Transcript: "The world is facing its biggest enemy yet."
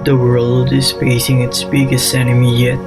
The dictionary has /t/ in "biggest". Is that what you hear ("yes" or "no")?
no